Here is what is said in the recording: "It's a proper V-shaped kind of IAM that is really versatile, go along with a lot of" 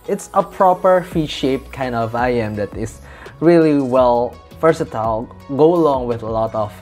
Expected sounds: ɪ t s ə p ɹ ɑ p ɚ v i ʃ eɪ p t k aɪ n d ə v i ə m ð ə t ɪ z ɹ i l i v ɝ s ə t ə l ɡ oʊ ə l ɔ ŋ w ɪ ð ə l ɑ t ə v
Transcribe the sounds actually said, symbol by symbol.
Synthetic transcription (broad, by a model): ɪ t s ə p ɹ ɑ p ɚ f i ʃ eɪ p k aɪ n d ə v i ə m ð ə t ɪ s ɹ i l i f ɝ s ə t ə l ɡ oʊ ə l ɔ ŋ w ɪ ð ə l ɑ t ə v